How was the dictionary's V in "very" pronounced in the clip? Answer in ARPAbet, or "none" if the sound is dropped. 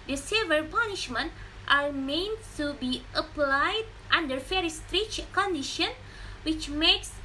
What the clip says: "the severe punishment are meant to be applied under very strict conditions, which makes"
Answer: F